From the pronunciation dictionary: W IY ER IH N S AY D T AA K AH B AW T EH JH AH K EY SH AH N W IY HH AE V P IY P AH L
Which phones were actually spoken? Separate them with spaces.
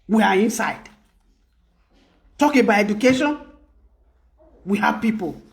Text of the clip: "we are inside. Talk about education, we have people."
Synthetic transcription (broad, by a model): W IY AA IH N S AY D T AA K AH B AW EH JH AH K EY SH AH N W IY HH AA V P IY P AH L